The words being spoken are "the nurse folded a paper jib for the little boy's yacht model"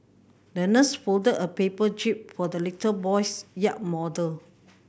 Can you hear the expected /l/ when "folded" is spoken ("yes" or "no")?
yes